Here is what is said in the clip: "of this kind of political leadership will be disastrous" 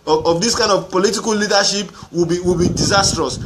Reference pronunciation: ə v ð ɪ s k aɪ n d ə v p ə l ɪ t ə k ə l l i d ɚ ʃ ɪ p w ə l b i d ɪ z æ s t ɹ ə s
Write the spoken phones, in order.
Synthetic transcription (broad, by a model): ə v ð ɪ s k aɪ n d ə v p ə l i t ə k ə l l i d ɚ ʃ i p w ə w b i d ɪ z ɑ s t ɹ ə s